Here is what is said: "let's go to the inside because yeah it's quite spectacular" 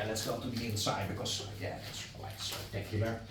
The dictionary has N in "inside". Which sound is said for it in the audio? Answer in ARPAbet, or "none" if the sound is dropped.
none